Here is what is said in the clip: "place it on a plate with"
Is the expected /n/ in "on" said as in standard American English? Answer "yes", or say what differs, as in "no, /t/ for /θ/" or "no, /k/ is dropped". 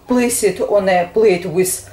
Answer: yes